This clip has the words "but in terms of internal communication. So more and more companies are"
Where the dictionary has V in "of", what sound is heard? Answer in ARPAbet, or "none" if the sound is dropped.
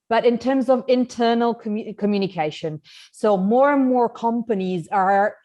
V